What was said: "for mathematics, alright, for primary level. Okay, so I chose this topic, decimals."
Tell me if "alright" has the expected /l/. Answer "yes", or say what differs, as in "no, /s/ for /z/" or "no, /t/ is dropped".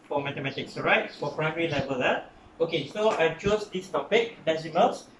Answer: no, /l/ is dropped